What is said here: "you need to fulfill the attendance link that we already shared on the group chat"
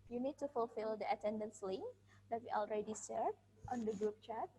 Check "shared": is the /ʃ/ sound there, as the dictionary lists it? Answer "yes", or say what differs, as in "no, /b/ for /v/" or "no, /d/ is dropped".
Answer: no, /s/ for /ʃ/